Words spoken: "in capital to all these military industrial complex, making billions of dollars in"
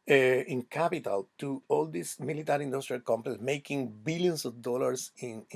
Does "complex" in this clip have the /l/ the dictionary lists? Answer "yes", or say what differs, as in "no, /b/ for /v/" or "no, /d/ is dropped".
no, /l/ is dropped